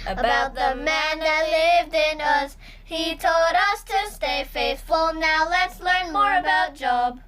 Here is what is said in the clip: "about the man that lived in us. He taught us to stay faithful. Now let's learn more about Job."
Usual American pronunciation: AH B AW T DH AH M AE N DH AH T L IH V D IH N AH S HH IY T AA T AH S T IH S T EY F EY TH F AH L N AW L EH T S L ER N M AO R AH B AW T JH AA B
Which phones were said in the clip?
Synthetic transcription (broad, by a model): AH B AW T DH AH M AE N DH AH T L IH V D IH N AH S HH IY T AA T AH S T IH S T EY F EY TH F L N AW L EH T S L ER N M AO R AH B AW T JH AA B